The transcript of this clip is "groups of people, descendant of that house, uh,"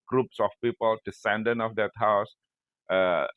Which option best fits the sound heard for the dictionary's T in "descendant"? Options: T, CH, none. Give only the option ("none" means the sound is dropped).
none